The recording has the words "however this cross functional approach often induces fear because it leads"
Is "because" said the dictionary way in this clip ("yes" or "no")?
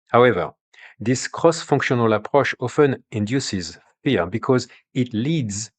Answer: yes